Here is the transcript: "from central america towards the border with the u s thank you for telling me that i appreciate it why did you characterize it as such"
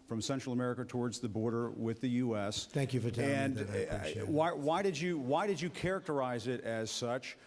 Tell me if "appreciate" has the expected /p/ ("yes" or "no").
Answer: no